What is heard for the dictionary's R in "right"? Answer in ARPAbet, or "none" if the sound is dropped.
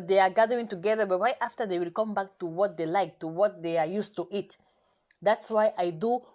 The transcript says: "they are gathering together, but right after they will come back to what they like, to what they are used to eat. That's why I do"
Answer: W